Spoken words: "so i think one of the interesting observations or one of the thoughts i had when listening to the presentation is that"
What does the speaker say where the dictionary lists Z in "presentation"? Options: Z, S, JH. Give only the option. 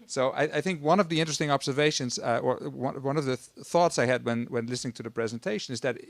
Z